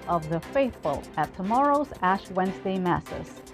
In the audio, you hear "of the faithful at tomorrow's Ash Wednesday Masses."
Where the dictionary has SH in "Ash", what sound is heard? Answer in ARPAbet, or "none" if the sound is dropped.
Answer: SH